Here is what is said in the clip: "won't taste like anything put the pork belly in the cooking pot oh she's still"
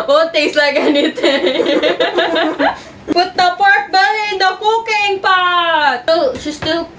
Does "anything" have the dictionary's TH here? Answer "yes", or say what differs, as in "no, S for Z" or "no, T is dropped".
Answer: no, T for TH